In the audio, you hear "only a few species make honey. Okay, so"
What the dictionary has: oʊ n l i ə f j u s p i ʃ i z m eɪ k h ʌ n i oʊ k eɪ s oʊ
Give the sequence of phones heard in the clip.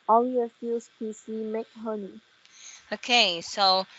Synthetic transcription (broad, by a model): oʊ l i ə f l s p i s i m eɪ k h ʌ n i oʊ k eɪ s oʊ